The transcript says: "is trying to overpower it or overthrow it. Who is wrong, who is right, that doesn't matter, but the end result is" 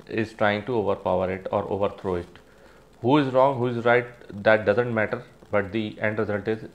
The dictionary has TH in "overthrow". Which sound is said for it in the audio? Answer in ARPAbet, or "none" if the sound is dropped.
T